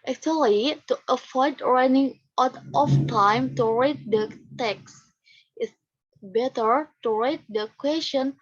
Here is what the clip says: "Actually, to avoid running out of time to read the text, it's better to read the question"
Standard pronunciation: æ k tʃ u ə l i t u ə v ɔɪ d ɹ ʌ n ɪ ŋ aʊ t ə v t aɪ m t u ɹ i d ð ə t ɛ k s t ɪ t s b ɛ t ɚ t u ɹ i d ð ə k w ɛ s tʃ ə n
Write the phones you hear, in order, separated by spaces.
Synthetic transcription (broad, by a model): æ k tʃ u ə l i t u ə f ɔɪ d ɹ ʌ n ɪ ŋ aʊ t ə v t aɪ m t u ɹ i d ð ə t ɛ k s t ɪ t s b ɛ t ɚ t u ɹ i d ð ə k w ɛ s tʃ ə n